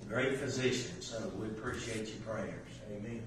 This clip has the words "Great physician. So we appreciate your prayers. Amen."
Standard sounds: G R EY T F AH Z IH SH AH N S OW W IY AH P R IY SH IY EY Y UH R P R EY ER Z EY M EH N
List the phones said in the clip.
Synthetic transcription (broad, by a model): G R EY T F AH Z IH SH AH N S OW W IY AH P R IY SH IY EY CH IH R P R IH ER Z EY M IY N